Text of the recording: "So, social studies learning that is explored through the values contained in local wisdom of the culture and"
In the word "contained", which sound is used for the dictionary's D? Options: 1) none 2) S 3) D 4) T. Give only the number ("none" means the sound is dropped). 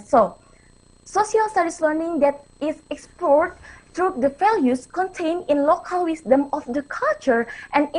1